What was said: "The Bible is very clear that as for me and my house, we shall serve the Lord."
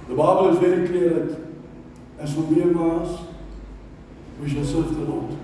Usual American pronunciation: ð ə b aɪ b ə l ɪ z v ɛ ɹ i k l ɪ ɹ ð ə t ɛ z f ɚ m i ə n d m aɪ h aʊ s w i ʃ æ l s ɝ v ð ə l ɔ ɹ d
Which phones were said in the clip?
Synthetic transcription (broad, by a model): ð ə b aɪ b ə l ɪ z v ɛ ɹ i k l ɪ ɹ ð ə t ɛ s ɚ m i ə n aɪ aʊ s w i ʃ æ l s ɝ v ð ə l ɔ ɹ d